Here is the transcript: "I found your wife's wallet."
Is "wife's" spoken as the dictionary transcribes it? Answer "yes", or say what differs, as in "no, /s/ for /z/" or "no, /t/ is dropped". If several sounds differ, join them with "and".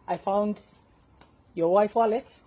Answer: no, /s/ is dropped